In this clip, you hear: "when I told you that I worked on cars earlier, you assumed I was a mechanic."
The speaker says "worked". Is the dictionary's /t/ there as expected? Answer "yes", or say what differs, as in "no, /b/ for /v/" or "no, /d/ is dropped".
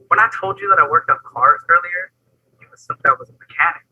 yes